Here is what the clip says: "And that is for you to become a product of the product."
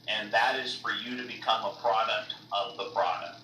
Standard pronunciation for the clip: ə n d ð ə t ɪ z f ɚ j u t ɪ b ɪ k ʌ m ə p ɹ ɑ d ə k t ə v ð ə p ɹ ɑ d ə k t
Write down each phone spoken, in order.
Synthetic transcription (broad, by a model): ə n ð ə t ɪ z f ɚ j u t ɪ b ɪ k ʌ m ə p ɹ ɑ d ə k t ə v ð ə p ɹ ɑ d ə k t